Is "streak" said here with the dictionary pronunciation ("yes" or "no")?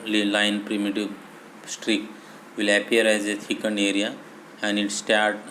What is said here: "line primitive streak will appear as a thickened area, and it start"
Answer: yes